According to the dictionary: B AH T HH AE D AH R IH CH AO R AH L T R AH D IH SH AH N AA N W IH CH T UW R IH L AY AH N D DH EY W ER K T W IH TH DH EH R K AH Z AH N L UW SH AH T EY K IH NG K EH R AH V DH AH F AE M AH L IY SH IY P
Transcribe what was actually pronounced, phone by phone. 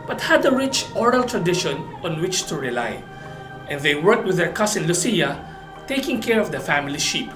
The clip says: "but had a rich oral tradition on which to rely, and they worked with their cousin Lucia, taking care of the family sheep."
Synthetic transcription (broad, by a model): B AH T HH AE D AH R IH CH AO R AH L T R AH D IH SH AH N AA N W IH CH T UW R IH L AY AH N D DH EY W ER K T W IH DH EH R K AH S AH N L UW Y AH T EY K IH NG K EH R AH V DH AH F AE M AH L IY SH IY P